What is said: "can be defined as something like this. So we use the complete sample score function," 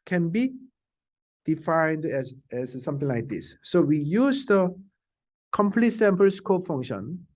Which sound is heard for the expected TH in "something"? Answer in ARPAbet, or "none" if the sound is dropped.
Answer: T